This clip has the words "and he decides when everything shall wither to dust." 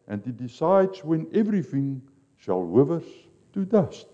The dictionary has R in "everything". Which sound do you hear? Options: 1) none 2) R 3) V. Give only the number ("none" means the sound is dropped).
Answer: 2